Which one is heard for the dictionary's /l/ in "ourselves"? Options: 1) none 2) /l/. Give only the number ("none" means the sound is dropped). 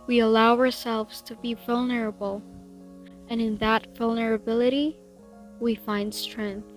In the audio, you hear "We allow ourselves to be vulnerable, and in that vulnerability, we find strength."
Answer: 2